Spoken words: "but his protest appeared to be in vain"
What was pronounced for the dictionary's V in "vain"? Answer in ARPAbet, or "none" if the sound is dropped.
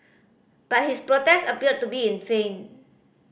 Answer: F